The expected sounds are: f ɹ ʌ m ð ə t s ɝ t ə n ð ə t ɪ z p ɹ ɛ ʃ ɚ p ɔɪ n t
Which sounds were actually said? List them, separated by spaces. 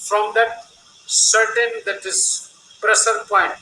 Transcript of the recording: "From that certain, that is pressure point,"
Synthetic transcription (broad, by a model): f ɹ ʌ m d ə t s ɝ t ə n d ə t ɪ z p ɹ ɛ s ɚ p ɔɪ n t